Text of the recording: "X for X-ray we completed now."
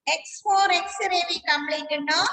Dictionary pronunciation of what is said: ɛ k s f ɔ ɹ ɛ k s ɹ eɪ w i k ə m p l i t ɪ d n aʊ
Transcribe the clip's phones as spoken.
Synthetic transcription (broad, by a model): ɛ k s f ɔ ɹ ɛ k s ɹ eɪ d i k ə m b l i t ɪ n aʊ